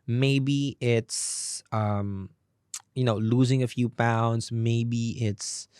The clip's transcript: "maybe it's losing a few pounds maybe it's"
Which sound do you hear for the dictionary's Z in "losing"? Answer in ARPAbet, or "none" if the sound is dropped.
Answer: Z